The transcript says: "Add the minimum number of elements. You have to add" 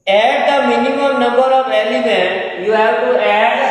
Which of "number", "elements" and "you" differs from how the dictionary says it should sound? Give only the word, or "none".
elements